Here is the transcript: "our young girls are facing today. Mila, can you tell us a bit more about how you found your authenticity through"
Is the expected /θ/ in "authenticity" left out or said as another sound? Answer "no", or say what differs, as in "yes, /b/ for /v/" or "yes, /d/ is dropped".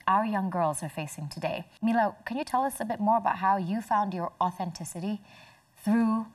no